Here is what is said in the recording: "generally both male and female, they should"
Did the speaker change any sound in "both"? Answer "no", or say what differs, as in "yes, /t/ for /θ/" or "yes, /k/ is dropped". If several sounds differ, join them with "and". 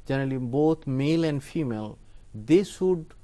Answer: yes, /t/ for /θ/